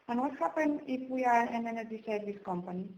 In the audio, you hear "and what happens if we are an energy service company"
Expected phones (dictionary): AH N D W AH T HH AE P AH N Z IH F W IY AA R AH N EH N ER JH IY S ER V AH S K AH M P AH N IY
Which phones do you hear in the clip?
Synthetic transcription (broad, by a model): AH N W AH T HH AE P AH N IH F W IY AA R AH N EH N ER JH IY S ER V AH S K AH M P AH N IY